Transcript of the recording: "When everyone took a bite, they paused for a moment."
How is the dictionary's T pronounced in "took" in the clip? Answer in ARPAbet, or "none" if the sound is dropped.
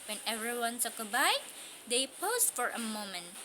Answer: S